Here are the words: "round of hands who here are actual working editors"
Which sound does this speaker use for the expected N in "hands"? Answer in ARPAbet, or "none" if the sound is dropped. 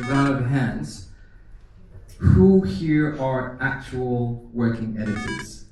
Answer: N